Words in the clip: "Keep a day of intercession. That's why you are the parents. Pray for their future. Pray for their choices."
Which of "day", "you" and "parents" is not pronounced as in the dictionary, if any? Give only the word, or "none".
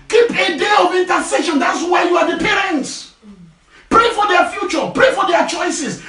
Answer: none